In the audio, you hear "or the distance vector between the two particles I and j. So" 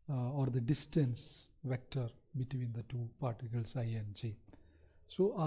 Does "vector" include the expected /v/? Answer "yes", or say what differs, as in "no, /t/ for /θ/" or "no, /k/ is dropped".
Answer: yes